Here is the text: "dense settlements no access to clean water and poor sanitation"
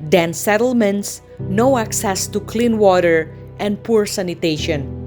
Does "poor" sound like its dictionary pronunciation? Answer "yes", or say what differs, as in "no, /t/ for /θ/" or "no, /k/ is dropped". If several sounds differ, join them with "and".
yes